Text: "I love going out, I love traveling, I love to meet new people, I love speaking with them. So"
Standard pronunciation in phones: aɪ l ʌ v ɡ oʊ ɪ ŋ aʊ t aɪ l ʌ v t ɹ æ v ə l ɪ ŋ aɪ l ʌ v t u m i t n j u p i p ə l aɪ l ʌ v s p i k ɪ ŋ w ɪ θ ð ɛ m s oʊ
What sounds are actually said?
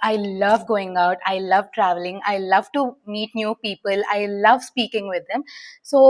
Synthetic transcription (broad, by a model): aɪ l ʌ v ɡ oʊ ɪ ŋ aʊ t aɪ l ʌ v t ɹ æ v ə l ɪ ŋ aɪ l ʌ v t u m i t n j u p i p ə l aɪ l ʌ v s p i k ɪ ŋ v ɪ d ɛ m s oʊ